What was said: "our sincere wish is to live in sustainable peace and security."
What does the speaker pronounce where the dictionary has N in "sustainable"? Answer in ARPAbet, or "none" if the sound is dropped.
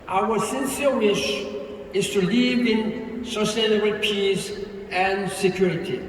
L